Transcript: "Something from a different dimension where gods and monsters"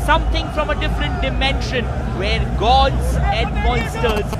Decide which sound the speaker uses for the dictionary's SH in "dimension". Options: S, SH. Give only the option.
SH